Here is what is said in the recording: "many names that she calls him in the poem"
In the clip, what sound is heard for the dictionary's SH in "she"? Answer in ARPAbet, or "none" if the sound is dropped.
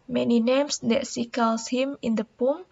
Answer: S